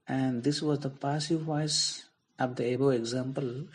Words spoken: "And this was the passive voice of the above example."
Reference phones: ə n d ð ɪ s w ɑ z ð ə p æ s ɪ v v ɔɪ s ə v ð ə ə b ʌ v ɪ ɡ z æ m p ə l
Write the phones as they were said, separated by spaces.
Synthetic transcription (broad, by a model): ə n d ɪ s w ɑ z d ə p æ s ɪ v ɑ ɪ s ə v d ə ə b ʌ ɪ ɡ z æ m p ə l